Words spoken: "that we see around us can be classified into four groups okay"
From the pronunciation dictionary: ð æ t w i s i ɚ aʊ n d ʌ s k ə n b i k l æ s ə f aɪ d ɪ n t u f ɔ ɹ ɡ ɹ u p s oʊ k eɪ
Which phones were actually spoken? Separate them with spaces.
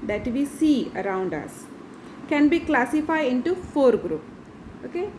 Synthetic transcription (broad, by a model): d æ t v i s i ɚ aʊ n d ʌ s k ə n b i k l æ s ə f aɪ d ɪ n t u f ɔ ɹ ɡ ɹ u p oʊ k eɪ